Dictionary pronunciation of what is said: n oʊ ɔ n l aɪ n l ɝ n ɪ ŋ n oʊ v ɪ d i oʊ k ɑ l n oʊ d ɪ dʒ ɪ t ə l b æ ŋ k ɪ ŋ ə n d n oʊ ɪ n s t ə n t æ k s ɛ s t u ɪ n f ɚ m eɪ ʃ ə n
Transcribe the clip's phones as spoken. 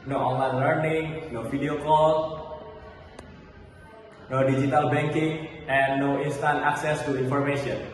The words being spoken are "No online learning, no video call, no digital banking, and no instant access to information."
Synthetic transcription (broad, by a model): n oʊ ɔ n l aɪ n l ɝ n ɪ ŋ n oʊ f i d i oʊ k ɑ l n oʊ d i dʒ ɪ t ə l b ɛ ŋ k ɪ ŋ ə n n oʊ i n s t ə n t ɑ k s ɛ s t u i n f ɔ m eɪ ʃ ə n